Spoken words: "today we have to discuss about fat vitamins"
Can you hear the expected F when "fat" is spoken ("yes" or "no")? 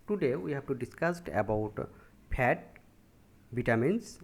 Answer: no